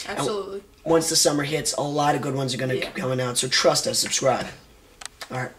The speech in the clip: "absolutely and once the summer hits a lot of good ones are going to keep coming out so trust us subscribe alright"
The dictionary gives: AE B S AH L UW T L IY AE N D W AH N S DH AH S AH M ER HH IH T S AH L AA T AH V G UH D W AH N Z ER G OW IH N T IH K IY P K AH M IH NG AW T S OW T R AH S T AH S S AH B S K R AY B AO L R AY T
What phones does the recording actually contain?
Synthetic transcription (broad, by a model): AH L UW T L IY W AH N S DH AH S AH M ER HH IH T S AH L AA T AH V G UH D W AH N Z ER G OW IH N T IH K IY P K AH M IH NG AW T S OW T R AH S T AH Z S AH B S K R AY B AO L R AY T